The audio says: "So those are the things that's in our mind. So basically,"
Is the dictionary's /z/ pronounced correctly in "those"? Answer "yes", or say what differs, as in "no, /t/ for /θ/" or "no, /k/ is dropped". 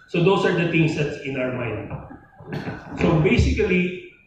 no, /s/ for /z/